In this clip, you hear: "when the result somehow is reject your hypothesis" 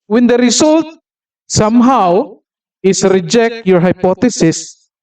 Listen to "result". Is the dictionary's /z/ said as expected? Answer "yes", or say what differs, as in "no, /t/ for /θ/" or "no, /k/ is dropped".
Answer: no, /s/ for /z/